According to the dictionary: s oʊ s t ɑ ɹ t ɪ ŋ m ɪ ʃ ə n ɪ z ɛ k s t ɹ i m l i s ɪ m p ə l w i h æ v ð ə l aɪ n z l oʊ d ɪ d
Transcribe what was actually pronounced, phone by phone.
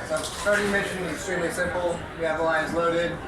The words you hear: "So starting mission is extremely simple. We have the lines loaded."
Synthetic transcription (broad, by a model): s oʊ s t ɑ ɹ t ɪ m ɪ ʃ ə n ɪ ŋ ɛ k s t ɹ i m l i s ɪ m p l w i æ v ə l aɪ z l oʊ d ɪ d